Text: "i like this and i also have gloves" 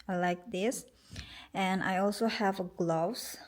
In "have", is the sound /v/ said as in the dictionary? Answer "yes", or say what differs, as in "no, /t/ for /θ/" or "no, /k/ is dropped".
yes